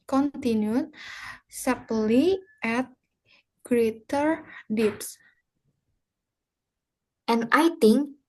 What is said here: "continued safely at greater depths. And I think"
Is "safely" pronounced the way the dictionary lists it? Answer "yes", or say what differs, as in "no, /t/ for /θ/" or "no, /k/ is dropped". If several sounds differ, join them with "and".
no, /p/ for /f/